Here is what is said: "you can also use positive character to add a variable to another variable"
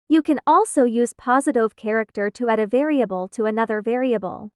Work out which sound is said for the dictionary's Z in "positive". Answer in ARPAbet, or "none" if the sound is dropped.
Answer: Z